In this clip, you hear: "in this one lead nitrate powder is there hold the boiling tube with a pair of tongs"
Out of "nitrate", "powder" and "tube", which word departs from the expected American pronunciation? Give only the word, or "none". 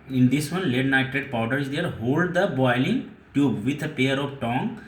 nitrate